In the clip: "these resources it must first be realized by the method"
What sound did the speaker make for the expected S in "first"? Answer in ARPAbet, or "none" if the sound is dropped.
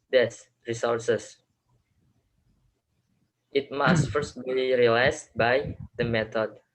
S